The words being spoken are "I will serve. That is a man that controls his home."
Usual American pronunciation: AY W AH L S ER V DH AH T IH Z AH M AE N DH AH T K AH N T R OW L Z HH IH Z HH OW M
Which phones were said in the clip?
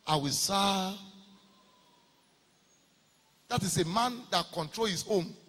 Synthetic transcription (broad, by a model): AY W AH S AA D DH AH T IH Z AH M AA N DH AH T K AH N T R OW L HH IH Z OW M